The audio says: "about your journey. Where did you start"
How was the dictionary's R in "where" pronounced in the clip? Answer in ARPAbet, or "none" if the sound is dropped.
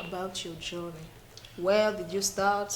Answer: L